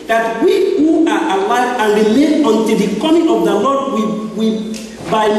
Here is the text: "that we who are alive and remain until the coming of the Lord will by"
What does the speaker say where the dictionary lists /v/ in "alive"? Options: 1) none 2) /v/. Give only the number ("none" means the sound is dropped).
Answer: 1